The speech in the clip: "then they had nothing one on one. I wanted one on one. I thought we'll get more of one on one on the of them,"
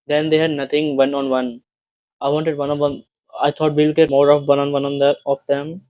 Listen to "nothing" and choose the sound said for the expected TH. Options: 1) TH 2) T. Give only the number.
2